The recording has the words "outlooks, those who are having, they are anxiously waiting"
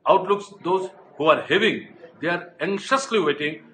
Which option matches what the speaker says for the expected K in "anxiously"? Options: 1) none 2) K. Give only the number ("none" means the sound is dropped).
1